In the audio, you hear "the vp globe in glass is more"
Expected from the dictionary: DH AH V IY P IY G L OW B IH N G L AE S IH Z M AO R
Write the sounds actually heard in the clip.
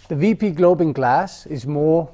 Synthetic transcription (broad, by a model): DH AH V IY P IY G L OW B IH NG G L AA S IH Z M AO